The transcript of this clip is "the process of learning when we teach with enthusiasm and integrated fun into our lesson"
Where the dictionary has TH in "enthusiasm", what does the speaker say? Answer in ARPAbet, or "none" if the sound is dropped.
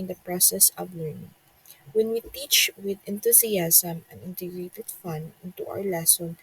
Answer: T